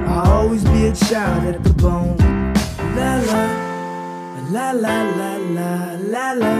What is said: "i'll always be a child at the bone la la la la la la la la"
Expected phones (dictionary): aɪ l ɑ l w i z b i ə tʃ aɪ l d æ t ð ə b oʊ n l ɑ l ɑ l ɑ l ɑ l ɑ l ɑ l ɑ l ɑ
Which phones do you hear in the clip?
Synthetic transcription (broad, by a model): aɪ ɑ l w i z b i ə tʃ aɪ d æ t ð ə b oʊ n l ɑ l ɑ l ɑ l ɑ l ɑ l ɑ l ɑ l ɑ